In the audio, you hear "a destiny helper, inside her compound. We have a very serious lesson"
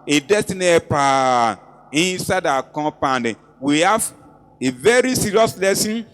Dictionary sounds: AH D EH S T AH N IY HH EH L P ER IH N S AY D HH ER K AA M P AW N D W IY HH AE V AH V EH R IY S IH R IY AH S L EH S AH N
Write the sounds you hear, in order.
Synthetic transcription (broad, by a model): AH D EH S T AH N IY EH P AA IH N S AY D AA K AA P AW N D W IY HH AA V AH V EH R IY S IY R IY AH S L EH S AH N